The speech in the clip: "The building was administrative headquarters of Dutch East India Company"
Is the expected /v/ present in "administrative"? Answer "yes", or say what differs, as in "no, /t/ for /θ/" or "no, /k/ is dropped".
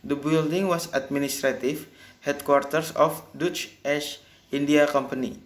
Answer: no, /f/ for /v/